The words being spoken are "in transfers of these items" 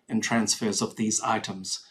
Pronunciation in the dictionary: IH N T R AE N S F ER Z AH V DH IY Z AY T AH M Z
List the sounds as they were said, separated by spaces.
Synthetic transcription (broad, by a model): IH N T R AE N S F ER Z AH V DH IY Z AY T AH M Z